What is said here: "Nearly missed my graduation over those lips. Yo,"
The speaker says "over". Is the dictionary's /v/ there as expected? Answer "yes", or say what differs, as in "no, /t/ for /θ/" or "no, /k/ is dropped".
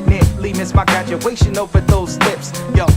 no, /f/ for /v/